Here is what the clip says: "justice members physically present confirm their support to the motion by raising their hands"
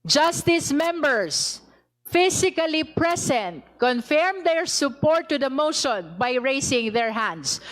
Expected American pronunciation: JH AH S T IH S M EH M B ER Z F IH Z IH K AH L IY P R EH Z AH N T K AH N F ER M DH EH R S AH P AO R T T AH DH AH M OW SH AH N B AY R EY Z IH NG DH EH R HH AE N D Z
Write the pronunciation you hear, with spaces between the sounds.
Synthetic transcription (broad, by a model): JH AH S T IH S M EH M B ER S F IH S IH K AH L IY P R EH S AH N T K AH N F ER M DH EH R S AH P AO R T T AH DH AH M OW SH AH N B AY R EY S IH NG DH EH R HH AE N D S